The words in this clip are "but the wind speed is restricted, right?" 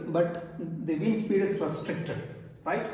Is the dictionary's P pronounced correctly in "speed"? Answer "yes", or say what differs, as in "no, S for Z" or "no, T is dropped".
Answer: yes